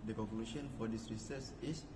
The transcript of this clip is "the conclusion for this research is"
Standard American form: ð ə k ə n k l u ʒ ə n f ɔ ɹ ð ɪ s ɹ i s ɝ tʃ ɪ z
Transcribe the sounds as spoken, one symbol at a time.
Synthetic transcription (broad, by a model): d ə k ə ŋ k l u ʃ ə n f ɔ ɹ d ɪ s ɹ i s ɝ s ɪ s